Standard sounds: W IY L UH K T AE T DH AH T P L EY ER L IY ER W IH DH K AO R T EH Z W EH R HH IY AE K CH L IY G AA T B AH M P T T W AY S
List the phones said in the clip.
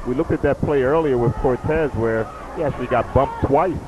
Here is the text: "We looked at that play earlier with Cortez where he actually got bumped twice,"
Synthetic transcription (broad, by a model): W IY L UH K T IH T DH AH T P L EY ER L IY ER W IH DH K AO R T EH Z W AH R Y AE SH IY G AA T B AH M P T T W AY S